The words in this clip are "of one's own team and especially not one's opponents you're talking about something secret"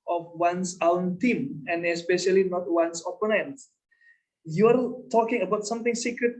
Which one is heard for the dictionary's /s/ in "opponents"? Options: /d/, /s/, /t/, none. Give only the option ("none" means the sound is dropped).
none